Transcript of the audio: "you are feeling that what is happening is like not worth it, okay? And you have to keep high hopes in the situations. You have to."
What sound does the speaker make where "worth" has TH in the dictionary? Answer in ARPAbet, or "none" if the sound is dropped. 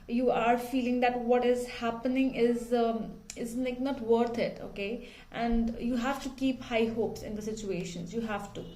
T